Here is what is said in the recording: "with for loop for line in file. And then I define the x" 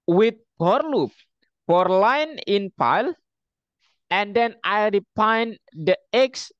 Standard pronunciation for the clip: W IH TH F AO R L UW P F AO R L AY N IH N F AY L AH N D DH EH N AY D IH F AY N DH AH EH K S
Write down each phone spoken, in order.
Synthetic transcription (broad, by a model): W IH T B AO R L UW P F AO R L AY N IH N P AY L AH N D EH N AY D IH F AY N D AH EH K S